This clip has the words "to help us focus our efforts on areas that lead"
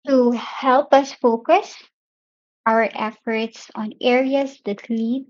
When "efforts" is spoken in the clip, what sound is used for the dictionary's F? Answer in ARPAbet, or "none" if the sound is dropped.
F